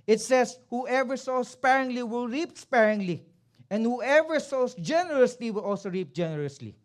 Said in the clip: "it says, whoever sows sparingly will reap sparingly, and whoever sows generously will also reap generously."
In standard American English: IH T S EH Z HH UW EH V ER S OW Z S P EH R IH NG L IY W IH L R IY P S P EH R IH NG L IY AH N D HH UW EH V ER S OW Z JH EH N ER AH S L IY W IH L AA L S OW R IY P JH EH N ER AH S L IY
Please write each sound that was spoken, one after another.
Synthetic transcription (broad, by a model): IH T S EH S HH UW EH V ER S OW S P EH R IH NG L IY W IH L R IY P S P EH R IH NG L IY AH N D HH UW EH V ER S OW S JH EH N ER AH S L IY W IH L AA L S OW R IY P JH EH N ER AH S L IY